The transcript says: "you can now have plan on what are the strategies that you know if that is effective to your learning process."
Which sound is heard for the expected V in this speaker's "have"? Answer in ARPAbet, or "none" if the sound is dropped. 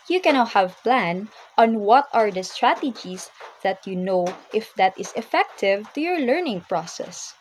V